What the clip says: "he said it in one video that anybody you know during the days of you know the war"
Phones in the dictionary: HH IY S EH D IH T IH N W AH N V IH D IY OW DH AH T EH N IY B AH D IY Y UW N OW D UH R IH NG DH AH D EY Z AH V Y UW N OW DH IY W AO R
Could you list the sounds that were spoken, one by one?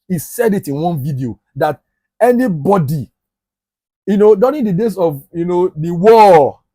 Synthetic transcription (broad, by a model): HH IY S EH D IH T IH N W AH N V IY D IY OW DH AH T EH N IY B AH D IY Y UW N OW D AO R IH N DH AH D EY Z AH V Y UW N OW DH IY W AO